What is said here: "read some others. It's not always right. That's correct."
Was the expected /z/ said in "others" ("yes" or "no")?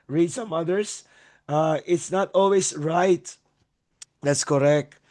no